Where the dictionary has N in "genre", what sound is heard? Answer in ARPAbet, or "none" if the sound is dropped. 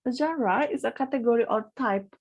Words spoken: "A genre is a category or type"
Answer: none